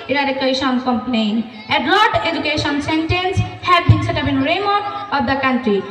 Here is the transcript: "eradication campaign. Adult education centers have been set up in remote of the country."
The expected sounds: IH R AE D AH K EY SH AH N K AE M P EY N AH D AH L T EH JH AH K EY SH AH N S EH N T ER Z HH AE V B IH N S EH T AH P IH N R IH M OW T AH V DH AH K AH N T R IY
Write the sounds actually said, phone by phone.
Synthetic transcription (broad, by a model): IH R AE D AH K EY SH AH N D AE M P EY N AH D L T EH JH AH K EY SH AH N S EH N T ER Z HH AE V B IH N S EH T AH B IH N R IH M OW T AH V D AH K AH N T R IY